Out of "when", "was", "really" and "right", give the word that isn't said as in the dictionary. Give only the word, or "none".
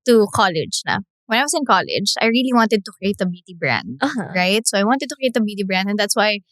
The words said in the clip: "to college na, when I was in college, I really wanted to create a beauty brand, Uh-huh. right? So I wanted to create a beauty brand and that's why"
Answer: was